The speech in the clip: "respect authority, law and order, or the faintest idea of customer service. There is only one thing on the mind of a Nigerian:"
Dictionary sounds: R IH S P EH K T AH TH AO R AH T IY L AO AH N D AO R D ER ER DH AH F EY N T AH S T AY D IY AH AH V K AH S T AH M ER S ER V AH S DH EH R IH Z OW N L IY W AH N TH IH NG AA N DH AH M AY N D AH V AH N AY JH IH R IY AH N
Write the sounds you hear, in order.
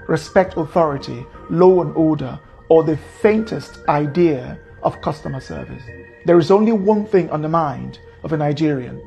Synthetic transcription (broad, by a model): R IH S P EH K T AH TH AO R AH T IY L AO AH N AO R D ER ER DH AH F EY N T AH S T AY D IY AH AH V K AH S T AH M ER S ER V AH S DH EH R IH Z OW N L IY W AH N TH IH NG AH N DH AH M AY N D AH V AH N AY JH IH R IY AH N